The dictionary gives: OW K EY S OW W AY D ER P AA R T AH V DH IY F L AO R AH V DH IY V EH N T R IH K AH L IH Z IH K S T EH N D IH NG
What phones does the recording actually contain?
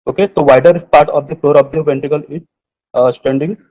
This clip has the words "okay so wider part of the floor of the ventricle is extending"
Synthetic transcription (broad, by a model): OW K EY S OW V AY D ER P AA R T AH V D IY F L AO R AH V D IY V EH N T IH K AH L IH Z S T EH N D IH NG